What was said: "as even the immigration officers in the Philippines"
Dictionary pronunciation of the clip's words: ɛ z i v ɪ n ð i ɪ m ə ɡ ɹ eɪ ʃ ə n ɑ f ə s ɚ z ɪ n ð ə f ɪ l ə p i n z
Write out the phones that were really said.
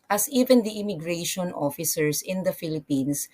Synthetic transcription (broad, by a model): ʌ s i v ɪ n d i ɪ m ə ɡ ɹ eɪ ʃ ə n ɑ f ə s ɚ s ɪ n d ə f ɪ l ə p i n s